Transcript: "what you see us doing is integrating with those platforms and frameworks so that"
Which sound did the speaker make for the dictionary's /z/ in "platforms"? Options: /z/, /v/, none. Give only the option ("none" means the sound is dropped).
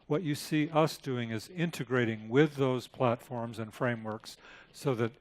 /z/